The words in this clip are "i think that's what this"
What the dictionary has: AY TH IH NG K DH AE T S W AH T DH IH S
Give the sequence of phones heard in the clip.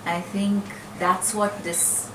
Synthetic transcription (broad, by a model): AY TH IH NG K DH AE T S W AH T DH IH S